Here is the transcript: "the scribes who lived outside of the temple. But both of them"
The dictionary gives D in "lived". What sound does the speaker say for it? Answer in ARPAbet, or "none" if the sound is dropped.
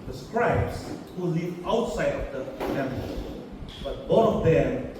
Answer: none